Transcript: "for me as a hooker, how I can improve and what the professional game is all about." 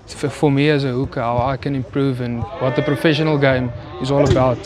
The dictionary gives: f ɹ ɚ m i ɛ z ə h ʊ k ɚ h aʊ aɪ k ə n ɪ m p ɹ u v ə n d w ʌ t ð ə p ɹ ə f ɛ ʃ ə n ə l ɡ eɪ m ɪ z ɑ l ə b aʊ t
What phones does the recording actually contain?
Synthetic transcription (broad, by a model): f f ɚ m i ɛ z ə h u k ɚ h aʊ aɪ k ə n ɪ m p ɹ u v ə n w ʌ t ð ə p ɹ ə f ɛ ʃ ə n ə l ɡ eɪ m ɪ z ɑ l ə b aʊ t